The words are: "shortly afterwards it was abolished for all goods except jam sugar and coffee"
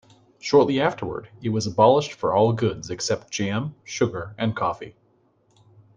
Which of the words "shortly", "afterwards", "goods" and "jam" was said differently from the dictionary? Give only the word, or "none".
afterwards